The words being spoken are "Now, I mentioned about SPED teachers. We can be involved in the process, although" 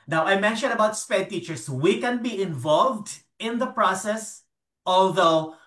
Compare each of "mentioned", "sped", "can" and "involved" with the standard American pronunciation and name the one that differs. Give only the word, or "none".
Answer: none